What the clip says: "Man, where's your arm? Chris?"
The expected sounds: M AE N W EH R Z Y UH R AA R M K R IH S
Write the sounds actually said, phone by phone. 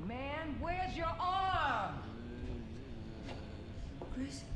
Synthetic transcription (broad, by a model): M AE N W EH R Z Y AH R AA R M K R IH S